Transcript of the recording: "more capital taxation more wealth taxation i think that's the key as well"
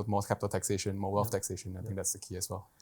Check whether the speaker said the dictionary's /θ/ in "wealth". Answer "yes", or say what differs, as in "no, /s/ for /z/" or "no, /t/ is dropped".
no, /f/ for /θ/